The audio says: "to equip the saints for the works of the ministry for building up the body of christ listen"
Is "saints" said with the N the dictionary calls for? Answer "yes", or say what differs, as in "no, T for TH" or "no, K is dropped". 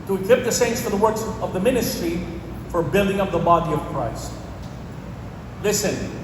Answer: yes